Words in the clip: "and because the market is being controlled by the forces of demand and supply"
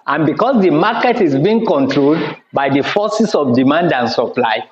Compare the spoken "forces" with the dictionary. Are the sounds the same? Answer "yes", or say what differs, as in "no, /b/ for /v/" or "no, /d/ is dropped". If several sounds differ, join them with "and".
no, /s/ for /z/